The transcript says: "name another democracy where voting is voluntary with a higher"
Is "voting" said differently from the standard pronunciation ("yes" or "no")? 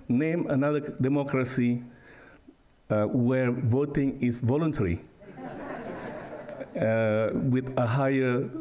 no